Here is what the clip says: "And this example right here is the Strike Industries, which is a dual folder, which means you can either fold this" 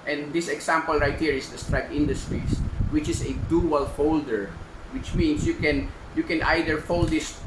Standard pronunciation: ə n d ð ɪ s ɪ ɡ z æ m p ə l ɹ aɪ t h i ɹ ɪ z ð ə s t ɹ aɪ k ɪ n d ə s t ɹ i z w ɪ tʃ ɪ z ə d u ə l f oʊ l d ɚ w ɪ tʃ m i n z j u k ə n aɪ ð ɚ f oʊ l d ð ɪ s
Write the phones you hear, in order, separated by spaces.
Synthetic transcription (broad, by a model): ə n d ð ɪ s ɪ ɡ s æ m p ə l ɹ aɪ t h i ɹ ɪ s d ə s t ɹ aɪ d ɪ n d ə s t ɹ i s w ɪ tʃ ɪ s ə d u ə l f oʊ l d ɚ w ɪ tʃ m i n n j u k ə n aɪ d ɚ f oʊ l d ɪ s